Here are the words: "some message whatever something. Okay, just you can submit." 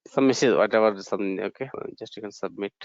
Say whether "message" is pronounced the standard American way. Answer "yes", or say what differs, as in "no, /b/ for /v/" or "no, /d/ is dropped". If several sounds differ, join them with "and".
no, /z/ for /dʒ/